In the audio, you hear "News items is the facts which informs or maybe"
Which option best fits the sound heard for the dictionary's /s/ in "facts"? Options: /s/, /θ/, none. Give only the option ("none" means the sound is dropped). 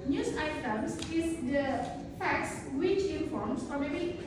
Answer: /s/